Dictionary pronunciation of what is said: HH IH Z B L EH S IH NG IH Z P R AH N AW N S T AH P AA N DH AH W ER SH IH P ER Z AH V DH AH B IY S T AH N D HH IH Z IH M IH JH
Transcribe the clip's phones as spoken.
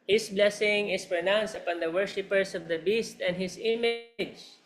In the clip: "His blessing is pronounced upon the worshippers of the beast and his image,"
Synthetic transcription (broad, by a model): HH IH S B L EH S IH NG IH S P R AH N AW N S T AH P AA N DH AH W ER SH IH P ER S AH V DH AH B IY S T AH N D HH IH S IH M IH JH